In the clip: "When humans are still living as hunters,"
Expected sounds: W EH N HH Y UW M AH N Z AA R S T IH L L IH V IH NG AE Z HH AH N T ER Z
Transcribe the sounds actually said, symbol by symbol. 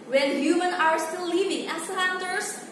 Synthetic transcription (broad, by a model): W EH N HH Y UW M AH N AA R S T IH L L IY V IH NG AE S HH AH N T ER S